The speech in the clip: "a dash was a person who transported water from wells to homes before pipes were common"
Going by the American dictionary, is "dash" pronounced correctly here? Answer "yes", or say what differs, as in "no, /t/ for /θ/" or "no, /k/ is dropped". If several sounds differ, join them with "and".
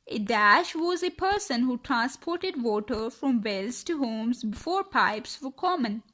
yes